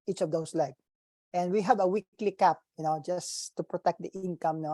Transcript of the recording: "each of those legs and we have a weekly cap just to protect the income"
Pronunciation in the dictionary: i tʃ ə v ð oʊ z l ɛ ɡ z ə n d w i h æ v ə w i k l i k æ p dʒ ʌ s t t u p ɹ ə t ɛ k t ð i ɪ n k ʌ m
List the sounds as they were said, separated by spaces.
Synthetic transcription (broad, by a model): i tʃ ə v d oʊ s l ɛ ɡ ə n d w i h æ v ə w i k l i k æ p dʒ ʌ s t t u p ɹ ə t ɛ k t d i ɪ n k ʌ m